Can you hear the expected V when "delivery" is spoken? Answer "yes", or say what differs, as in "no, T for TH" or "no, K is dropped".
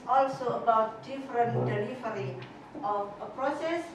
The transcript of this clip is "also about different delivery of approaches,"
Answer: no, F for V